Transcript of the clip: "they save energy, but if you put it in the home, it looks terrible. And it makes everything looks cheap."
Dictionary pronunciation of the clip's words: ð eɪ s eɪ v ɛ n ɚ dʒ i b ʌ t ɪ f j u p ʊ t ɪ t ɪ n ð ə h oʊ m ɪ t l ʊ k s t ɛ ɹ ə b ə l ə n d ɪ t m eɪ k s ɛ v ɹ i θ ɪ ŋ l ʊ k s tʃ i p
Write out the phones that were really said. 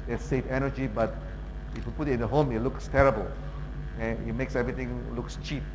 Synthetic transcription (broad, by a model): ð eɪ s eɪ f ɛ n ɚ dʒ i b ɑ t ɪ f j u p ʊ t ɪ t ɪ n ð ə h oʊ m ɪ t l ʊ k s t ɛ ɹ ə b ə l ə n ɪ t m eɪ k s ɛ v ɹ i t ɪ ŋ l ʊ k s tʃ i p